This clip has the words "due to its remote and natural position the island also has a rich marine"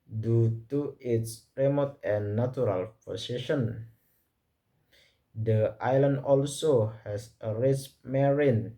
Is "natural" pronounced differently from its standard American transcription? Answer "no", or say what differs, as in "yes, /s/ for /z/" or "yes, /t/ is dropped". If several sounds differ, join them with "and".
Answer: yes, /tʃ/ is dropped